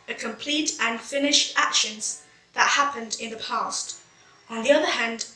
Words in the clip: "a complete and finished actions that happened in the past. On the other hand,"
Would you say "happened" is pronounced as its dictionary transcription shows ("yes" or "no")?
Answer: yes